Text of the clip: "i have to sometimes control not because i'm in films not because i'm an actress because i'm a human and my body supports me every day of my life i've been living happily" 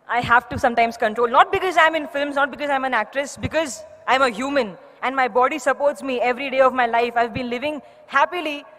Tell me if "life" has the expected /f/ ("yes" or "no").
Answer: yes